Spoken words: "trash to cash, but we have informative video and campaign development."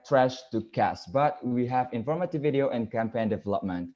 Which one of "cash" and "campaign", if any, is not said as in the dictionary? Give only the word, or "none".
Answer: cash